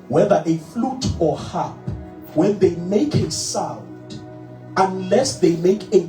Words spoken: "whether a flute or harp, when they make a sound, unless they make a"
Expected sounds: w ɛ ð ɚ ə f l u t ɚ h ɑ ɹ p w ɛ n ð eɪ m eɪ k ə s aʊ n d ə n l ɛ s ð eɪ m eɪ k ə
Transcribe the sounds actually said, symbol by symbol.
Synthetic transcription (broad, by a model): w ɛ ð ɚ ə f l u t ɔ h ɑ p w ɛ n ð eɪ m eɪ k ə s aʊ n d ə n l ɛ s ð eɪ m eɪ k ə